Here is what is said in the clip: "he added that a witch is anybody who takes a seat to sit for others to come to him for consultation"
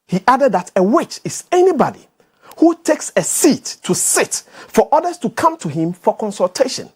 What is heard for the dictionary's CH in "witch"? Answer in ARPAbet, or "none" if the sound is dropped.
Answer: CH